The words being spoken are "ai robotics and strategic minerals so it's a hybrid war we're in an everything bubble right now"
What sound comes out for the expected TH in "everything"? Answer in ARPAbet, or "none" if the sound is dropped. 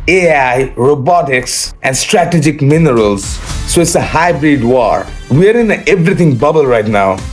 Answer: T